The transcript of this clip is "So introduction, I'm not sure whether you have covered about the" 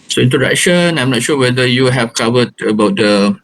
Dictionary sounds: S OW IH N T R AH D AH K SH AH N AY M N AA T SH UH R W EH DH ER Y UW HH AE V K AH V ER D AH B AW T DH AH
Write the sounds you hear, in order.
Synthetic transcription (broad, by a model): S OW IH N T AH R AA SH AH N AY M N AA T SH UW W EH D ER Y UW HH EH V K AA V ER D AH B AW T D AH